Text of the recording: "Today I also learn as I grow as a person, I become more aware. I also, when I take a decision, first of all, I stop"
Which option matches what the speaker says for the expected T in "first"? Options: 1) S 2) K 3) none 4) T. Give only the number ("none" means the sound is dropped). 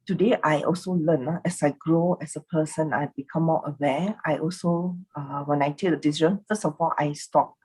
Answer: 3